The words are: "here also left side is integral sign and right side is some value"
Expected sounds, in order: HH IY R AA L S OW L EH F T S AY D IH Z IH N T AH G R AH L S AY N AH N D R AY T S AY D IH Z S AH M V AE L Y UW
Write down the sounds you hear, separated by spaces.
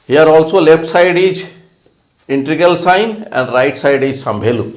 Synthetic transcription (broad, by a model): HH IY R AA L S OW L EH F T S AY D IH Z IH N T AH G AH L S AY N AH N D R AY T S AY D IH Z S AH M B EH L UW